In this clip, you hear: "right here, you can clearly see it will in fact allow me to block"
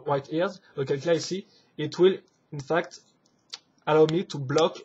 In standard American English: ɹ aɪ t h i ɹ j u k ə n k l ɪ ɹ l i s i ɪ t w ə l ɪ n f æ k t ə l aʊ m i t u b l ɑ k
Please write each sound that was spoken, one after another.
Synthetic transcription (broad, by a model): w aɪ t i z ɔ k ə l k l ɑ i s i ɪ t w ə l ɪ n f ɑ k t ə l aʊ m i t u b l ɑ k